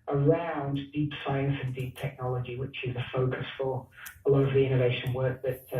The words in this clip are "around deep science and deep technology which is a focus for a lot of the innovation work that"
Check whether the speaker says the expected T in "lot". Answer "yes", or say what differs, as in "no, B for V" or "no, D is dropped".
no, T is dropped